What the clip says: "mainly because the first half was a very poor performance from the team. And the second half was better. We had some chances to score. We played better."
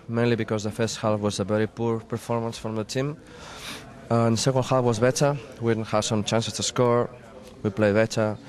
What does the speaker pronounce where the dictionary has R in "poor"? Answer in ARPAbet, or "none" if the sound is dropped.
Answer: R